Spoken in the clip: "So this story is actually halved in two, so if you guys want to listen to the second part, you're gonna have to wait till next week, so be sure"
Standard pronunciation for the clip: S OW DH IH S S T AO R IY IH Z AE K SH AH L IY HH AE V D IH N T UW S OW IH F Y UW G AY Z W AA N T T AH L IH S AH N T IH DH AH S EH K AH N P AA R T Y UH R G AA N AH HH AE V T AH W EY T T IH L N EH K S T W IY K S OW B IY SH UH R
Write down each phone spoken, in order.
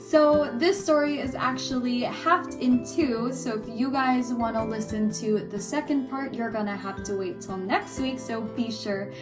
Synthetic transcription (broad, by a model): S OW DH IH S S T AO R IY IH Z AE K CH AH L IY HH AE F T IH N T UW S OW IH F Y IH G AY Z W AA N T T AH L IH S AH N T IH DH AH S EH K AH N P AA R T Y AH R G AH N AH HH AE F T AH W EY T T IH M N EH K S T W IY K S OW B IY SH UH R